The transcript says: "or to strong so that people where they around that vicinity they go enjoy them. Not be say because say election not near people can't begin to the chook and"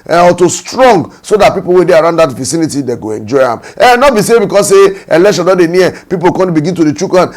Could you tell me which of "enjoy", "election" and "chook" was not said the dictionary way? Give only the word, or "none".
election